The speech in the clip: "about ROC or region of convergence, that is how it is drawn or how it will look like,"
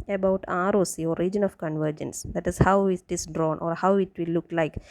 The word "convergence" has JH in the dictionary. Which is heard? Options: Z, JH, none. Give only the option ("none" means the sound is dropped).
JH